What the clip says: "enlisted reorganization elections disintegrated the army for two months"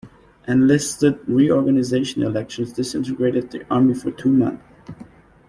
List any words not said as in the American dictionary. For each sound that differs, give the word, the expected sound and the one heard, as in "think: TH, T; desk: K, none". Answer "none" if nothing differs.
months: S, none